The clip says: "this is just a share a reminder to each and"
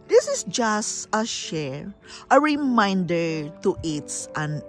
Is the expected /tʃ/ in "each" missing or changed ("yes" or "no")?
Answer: yes